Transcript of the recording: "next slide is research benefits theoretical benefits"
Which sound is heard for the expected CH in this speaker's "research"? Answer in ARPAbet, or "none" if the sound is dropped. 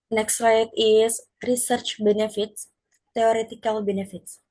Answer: CH